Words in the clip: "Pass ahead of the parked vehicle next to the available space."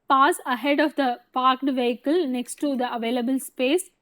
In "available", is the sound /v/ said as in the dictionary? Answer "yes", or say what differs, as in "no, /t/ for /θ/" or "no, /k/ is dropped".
yes